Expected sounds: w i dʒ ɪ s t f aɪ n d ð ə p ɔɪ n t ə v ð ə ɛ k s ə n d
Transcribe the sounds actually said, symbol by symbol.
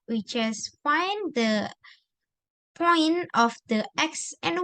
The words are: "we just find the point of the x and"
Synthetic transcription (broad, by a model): w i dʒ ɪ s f aɪ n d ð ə p ɔɪ n ə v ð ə ɛ k s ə n